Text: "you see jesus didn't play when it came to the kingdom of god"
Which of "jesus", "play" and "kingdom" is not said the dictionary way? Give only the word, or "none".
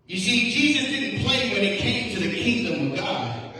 none